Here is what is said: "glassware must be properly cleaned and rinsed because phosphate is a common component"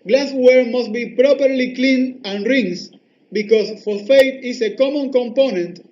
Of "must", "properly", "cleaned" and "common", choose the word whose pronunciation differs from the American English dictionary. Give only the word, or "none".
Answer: cleaned